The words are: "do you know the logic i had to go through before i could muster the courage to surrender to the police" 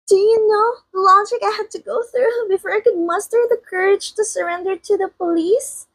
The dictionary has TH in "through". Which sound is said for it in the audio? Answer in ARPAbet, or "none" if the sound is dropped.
TH